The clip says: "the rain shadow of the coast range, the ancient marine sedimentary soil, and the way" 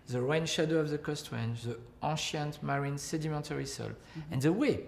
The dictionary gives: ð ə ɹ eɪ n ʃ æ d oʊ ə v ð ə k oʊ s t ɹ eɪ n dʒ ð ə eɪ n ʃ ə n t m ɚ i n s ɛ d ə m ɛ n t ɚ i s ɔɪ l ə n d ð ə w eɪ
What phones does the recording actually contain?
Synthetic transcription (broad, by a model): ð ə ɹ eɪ n ʃ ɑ d oʊ ə v ð ə k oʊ s t w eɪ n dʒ ð ə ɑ ʃ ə n t m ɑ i n s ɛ d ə m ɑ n t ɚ i s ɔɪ l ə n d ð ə w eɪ